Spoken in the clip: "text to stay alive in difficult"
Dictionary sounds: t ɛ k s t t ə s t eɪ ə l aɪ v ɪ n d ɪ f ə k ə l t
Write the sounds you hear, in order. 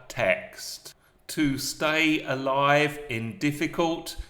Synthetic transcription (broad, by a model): t ɛ k s t t ə s t eɪ ə l aɪ v ɪ n d ɪ f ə k ə l t